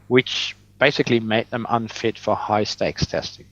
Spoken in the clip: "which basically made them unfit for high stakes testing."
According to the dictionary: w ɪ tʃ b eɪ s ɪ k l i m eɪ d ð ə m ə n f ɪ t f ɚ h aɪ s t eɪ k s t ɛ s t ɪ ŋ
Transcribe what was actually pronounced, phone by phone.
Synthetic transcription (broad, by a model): w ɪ tʃ b eɪ s ɪ k l i m eɪ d ð ə m ə n f ɪ t f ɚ h aɪ s t eɪ k s t ɛ s t ɪ ŋ